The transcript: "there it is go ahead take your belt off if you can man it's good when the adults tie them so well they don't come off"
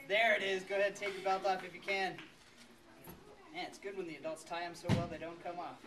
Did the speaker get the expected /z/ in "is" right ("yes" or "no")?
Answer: yes